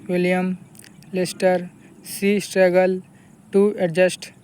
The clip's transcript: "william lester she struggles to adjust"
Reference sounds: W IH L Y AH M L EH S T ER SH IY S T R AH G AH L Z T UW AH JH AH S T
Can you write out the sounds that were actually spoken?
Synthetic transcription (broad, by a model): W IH L Y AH M L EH S T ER S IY S T R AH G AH L T UW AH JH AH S T